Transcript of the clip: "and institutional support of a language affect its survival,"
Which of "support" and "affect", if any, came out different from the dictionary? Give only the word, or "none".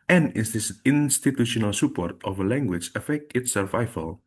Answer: none